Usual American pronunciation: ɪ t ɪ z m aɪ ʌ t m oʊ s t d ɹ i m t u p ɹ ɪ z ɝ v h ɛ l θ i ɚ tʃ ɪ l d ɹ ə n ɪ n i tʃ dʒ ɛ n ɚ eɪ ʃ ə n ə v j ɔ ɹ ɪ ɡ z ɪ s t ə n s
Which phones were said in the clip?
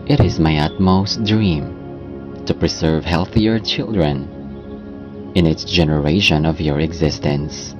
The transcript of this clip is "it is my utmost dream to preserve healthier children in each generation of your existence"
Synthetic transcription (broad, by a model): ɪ t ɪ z m aɪ ʌ t m oʊ s t d ɹ i m t u p ɹ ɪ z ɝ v h ɛ l θ i ɚ tʃ ɪ l d ɹ ə n ɪ n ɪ s dʒ ɛ n ɚ eɪ ʃ ə n ə v j ɔ ɹ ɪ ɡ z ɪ s t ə n s